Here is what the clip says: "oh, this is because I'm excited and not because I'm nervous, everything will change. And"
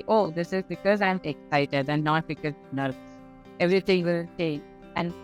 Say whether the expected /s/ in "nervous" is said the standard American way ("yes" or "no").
no